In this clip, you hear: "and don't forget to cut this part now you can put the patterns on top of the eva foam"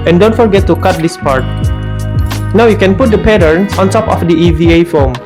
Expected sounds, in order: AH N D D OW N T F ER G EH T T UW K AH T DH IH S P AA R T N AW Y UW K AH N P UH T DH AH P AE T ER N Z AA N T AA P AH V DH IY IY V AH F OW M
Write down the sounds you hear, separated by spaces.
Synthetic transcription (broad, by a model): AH N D D OW N T F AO G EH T T UW K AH T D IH S P AA R T N AW Y UW K AH N P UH T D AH P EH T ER N AA N T AA P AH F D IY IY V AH F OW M